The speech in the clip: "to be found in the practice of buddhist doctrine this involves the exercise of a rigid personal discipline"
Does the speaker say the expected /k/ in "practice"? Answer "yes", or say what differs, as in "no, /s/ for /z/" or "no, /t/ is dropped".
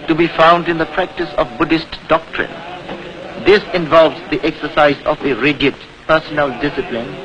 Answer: yes